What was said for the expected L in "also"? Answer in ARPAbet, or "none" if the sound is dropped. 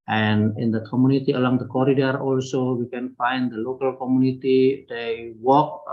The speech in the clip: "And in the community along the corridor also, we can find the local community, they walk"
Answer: L